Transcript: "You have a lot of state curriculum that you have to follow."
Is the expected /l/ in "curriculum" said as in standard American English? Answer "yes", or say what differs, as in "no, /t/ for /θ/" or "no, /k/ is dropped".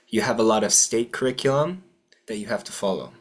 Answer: no, /l/ is dropped